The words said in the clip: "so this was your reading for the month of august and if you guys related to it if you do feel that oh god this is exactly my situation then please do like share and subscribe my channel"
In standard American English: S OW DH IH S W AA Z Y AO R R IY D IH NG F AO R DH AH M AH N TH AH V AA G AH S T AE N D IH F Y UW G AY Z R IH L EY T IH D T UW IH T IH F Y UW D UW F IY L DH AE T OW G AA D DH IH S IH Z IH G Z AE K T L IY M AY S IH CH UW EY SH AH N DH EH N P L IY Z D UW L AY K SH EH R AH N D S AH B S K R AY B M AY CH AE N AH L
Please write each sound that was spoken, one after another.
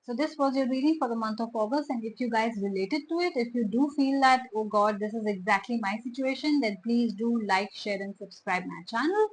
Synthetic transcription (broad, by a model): S OW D IH S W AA Z Y AO R R IY D IH NG F AO R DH AH M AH N T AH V AA G AH S T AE N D IH F Y UW G AY Z R IH L EY T IH D T UW IH T IH F Y UW D UW F IY L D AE T OW G AA D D IH S IH Z IH G Z AE K T L IY M AY S IH CH UW EY SH AH N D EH N P L IY Z D UW L AY K SH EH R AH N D S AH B S K R AY B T CH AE N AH L